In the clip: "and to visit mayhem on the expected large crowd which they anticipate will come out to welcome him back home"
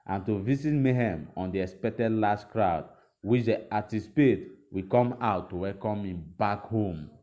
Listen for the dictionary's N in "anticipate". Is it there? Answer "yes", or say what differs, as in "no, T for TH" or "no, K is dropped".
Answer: no, N is dropped